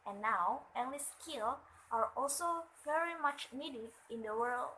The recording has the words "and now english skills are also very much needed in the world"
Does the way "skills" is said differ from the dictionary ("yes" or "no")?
yes